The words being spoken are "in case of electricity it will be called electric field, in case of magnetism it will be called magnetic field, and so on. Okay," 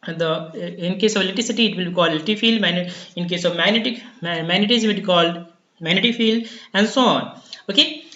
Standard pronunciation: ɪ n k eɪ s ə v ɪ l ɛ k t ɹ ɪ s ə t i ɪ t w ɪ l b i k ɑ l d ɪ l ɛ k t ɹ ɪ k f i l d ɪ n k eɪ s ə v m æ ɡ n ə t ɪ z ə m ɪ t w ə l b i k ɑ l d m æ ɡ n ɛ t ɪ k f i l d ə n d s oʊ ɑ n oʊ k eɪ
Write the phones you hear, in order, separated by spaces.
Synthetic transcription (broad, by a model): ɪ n k eɪ s ə v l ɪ t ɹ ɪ s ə t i ɪ t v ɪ l b i k ɑ l d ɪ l t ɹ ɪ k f i l d ɪ n k eɪ s ə v m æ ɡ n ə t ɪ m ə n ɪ t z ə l b i k ɑ l d m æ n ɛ t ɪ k f i l d ə n d s oʊ ɑ n oʊ k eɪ